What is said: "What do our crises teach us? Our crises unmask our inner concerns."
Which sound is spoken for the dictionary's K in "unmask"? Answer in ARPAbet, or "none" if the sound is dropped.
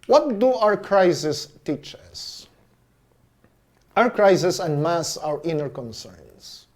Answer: none